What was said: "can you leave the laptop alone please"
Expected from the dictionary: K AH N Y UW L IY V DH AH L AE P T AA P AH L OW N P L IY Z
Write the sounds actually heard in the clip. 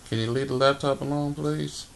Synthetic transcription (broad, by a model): K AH N Y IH L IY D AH L AE P T AA P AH N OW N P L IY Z